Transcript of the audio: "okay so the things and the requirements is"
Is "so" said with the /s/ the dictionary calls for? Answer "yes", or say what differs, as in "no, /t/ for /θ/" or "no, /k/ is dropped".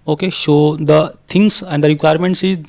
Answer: no, /ʃ/ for /s/